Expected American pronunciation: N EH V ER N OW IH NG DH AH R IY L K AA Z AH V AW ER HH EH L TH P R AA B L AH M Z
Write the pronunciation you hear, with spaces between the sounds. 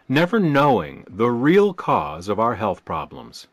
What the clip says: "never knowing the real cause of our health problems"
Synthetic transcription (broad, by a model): N EH V ER N OW IH NG DH AH R IY L K AA Z AH V AW ER HH EH L TH P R AA B L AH M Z